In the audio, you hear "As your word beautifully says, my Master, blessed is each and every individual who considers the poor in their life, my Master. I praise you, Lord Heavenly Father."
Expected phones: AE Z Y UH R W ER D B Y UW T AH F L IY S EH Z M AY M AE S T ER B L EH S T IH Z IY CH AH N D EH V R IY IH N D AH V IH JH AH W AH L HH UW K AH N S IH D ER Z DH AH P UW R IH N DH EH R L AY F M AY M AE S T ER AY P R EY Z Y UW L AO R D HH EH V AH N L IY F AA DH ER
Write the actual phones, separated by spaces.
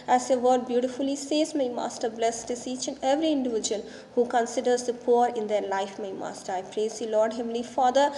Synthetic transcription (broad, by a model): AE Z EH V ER D B Y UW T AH F L IY S EH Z M AY M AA S T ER B L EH S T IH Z IY CH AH N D EH V R IY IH N D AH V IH JH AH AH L HH UW K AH N S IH D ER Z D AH P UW R IH N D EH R L AY F M AY M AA S T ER AY P R EY Z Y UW L AO R D HH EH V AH L IY F AA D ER